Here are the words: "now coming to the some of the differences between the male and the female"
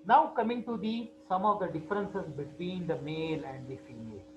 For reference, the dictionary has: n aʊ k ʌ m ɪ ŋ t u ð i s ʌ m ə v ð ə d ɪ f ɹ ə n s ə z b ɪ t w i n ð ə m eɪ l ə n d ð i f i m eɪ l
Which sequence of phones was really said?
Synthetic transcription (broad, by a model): n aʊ k ʌ m ɪ ŋ t u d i s ʌ m ə v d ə d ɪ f ɹ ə n s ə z b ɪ t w i n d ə m eɪ l ə n d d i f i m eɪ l